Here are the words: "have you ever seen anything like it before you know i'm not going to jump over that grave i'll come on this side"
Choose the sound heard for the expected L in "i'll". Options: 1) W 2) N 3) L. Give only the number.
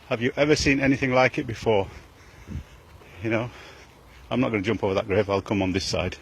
3